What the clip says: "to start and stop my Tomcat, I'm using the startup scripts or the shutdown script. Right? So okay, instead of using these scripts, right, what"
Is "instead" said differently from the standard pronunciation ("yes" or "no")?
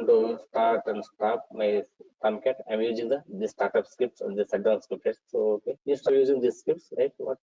yes